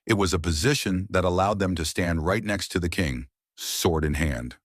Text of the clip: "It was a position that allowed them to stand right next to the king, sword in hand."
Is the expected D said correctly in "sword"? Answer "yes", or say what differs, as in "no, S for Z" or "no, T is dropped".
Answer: yes